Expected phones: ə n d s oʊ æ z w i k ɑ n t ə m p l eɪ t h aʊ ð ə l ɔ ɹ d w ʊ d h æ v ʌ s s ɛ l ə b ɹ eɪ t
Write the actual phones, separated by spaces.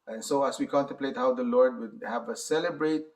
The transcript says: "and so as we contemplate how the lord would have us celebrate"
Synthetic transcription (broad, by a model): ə n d s oʊ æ s w i k ɑ n t ə m p l eɪ t h aʊ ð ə l ɔ ɹ d w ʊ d h æ v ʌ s s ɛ l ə b ɹ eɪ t